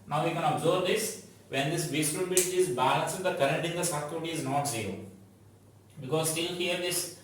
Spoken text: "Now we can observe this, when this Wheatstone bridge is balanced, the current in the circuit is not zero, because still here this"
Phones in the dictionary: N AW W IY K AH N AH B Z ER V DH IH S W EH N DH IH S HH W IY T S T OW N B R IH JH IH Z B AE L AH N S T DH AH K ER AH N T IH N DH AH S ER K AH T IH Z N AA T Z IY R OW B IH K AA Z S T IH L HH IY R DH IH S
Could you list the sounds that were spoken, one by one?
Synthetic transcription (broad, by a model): N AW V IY K AH N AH B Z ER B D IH S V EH N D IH S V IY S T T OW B IH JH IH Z B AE L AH N S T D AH K ER AH N T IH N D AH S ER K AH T IH Z N AA T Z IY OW B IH K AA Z S T IH L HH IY R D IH S